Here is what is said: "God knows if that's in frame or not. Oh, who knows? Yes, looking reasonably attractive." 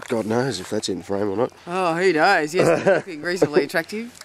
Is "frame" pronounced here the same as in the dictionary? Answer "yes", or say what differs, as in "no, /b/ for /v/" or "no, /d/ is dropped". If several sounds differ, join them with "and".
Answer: yes